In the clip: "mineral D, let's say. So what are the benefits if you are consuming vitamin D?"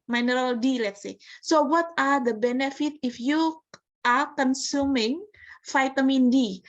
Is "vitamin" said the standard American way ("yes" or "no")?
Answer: no